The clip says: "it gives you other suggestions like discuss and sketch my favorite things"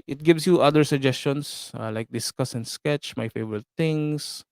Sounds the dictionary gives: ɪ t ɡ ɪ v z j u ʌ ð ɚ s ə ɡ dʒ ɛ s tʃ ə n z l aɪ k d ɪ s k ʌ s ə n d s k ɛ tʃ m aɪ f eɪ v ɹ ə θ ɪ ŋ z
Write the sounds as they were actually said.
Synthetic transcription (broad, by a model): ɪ t ɡ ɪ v s j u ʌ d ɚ s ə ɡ dʒ ɛ s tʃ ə n s l aɪ k d ɪ s k ʌ s ə n d s k ɛ tʃ m aɪ f eɪ v ɹ ə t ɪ ŋ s